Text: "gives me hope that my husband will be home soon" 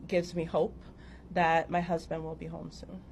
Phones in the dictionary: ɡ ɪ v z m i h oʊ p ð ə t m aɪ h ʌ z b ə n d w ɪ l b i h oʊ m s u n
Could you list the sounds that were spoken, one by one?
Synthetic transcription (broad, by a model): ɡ ɪ v z m i h oʊ p ð ə t m aɪ h ʌ z b ə n d w ɪ l b i h oʊ m s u n